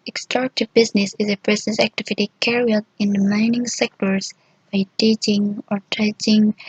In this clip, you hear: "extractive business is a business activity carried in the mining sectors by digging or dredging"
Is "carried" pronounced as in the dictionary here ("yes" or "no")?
no